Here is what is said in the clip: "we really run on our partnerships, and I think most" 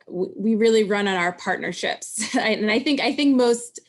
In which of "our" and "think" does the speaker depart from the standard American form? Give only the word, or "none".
none